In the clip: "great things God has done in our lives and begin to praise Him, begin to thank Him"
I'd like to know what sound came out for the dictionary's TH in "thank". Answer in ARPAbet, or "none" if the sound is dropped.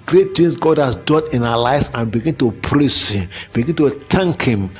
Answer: T